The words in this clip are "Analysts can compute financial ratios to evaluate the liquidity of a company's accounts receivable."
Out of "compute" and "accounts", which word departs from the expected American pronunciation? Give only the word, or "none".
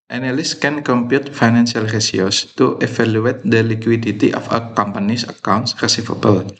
none